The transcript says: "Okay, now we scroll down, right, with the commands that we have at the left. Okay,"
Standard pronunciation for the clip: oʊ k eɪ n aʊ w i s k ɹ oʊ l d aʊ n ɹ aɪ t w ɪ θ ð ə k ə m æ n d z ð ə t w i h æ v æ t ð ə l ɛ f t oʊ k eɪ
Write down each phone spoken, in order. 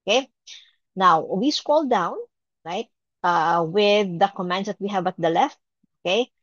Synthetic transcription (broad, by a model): k eɪ n aʊ w i s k oʊ l d aʊ n ɹ aɪ t w ɪ ð ə k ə m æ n d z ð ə t w i h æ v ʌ t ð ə l ɛ f t oʊ k eɪ